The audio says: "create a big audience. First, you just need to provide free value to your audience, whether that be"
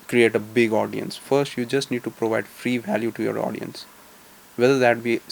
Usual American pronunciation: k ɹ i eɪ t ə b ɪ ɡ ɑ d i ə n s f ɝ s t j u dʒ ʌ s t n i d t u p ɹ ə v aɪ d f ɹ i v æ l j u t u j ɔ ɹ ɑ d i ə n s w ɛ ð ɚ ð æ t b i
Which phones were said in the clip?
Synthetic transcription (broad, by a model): k ɹ i eɪ t ə b ɪ ɡ ɑ d i ə n s f ɝ s t j u dʒ ʌ s t n i d t u p ɹ ə v aɪ d f ɹ i v æ l j u t u j ɔ ɹ ɑ d i ə n s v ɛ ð ɚ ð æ t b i